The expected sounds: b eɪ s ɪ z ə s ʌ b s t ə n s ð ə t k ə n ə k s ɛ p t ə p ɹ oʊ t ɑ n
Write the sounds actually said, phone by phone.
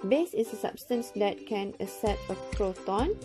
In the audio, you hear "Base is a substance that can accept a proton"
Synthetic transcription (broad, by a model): b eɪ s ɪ s ə s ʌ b s t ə n s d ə t k ə n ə s ɛ t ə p ɹ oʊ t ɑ n